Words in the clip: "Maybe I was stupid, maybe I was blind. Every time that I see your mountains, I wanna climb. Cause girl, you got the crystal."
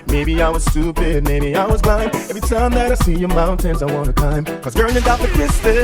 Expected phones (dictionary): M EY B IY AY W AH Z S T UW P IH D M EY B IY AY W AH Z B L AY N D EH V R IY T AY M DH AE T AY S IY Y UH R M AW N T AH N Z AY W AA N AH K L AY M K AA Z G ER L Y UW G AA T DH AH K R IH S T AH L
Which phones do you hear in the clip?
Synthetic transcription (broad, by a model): M EY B IY AY W AH Z S T UW P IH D M EY B IY AY W AH Z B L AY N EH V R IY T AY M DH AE T AY S IY Y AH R M AW N T AH N Z AY W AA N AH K AY M K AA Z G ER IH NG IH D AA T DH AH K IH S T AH